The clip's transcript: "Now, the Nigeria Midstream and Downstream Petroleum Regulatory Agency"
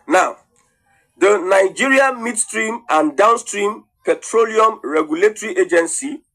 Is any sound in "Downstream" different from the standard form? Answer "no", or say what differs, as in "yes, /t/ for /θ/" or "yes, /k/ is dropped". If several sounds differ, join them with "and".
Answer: no